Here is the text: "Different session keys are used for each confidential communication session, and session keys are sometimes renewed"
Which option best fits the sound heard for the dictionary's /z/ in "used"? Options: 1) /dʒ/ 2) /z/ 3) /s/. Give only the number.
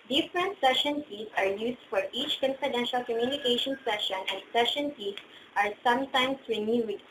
3